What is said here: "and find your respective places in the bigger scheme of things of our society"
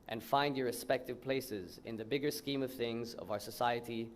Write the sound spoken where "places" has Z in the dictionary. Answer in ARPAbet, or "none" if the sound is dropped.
Z